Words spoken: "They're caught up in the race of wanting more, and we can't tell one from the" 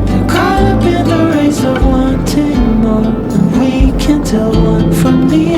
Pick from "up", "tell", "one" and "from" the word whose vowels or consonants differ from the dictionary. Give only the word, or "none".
up